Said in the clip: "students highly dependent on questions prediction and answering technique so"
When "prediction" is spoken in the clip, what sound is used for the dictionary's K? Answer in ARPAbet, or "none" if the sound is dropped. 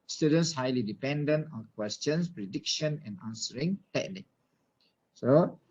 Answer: K